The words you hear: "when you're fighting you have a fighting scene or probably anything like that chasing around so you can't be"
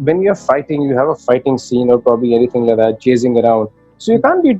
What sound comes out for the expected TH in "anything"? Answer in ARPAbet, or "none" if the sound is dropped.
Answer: T